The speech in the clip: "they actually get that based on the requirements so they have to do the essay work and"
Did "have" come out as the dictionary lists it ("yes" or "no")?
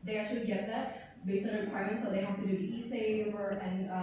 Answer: no